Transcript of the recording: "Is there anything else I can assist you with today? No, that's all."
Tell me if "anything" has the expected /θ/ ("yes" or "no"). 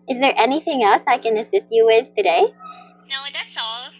yes